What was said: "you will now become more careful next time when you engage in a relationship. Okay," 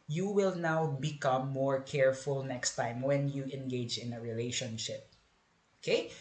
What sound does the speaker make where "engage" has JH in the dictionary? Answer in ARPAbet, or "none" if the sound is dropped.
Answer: JH